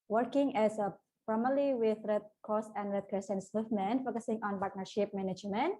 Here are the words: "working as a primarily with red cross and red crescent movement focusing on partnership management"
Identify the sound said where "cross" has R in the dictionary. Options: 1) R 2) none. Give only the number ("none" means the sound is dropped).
2